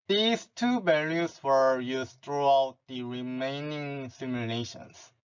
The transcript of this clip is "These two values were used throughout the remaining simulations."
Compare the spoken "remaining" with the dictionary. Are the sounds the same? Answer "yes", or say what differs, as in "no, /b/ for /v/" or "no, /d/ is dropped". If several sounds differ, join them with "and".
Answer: yes